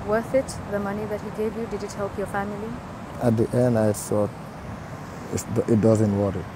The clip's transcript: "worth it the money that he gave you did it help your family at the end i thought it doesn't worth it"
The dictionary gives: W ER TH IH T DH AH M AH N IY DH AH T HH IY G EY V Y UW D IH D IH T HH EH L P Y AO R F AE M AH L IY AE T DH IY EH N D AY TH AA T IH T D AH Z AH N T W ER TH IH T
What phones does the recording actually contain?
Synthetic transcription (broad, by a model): W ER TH IH T DH AH M AH N IY DH AH T HH IY G EY V Y UW D IH D IH T HH EH L P Y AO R F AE M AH L IY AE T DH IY EH N D AY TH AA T IH T D AH Z AH N T W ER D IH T